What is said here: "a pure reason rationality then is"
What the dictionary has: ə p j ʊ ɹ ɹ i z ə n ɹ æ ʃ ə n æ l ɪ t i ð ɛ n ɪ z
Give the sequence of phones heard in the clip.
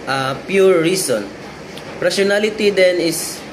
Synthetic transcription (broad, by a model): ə p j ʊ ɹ ɹ i s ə n ɹ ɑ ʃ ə n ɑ l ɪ t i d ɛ n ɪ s